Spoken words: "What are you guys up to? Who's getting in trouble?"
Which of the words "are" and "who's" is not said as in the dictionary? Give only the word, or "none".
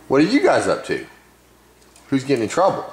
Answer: none